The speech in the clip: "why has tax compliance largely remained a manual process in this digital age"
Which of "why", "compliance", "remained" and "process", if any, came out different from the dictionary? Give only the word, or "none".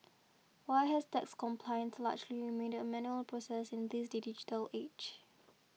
remained